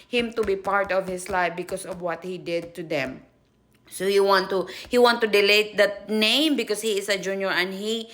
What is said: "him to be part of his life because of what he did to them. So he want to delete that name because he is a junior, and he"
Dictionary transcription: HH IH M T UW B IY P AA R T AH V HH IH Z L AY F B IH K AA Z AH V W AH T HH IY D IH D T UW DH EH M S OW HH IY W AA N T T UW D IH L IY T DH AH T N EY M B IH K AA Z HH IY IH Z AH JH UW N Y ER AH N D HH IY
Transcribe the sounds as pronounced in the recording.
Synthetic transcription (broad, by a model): HH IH M T UW B IY P AA R T AH V HH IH S L AY F B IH K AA S AH V W AH T HH IY D IH D T UW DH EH M S OW HH IY W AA N T T UW D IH L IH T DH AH T N EY M B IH K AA S HH IY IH S AH JH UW N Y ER AH N D HH IY